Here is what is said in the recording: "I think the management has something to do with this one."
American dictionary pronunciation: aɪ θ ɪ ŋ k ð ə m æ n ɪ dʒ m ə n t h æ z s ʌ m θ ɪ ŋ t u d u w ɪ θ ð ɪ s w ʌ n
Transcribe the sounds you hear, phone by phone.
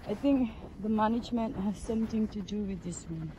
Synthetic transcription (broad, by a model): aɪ t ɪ ŋ k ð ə m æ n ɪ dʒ m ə n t h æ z s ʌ m t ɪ ŋ t u d u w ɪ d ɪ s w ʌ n